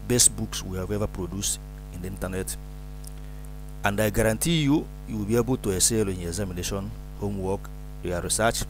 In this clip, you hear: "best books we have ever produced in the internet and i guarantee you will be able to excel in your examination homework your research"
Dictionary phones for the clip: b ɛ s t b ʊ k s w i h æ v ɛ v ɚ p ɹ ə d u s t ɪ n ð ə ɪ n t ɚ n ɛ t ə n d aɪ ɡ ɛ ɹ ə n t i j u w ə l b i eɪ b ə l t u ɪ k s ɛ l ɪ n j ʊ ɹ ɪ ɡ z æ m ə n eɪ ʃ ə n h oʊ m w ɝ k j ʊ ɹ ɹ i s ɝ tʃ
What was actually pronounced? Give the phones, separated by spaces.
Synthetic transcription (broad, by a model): b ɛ s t b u k s w i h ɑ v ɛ v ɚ p ɹ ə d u s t ɪ n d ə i n t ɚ n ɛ t ə n d aɪ ɡ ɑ ɹ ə n t i j u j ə w b i eɪ b ə l t u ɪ s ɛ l ɪ n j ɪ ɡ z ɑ m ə n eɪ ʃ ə n h oʊ m w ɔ k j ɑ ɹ ɹ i s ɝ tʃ